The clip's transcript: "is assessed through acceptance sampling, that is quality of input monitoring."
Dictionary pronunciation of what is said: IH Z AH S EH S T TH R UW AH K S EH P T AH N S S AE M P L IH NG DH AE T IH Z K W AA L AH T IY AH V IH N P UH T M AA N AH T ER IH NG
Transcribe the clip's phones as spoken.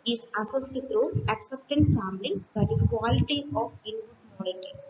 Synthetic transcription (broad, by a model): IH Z AH S EH S T T R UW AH K S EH P T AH N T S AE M B L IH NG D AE T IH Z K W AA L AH T IY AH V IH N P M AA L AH T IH